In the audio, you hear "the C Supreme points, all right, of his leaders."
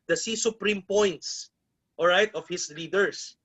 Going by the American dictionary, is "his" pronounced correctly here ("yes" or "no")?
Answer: no